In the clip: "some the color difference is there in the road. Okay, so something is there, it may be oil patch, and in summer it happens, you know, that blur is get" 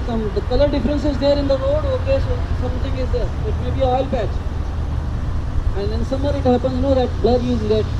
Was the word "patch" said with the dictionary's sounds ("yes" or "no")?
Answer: no